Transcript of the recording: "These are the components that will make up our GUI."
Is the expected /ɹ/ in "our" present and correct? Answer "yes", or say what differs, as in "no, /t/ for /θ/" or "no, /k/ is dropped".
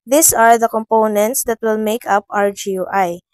yes